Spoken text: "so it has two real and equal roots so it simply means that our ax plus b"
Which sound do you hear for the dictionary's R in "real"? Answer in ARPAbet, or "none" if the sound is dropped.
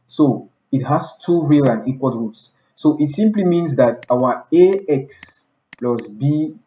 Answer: R